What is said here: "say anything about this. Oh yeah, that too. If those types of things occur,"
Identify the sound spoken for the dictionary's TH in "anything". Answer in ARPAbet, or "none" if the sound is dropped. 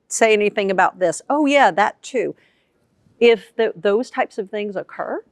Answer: TH